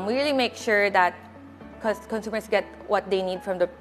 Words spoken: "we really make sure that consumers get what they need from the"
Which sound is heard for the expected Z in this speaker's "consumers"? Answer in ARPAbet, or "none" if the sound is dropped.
S